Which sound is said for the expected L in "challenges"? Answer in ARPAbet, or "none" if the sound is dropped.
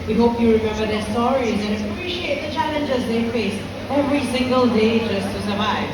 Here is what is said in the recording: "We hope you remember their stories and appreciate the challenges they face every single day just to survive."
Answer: L